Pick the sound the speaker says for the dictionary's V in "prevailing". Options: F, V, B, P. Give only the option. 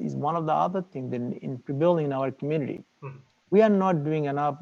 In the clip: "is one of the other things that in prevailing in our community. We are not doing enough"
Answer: B